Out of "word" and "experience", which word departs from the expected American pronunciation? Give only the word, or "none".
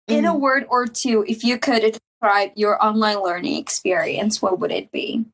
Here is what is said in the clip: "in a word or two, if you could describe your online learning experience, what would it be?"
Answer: none